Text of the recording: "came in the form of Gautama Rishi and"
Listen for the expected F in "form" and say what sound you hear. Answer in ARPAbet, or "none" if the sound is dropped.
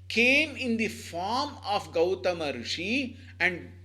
F